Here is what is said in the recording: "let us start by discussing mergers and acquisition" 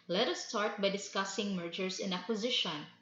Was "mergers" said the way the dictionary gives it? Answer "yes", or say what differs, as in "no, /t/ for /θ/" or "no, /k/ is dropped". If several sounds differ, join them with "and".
no, /s/ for /z/